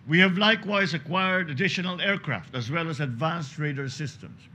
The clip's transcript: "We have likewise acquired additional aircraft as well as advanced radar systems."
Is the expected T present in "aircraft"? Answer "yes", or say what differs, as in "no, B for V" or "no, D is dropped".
yes